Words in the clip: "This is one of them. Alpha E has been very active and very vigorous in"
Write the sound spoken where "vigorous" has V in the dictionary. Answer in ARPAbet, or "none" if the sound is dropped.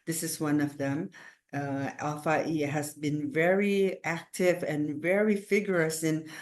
F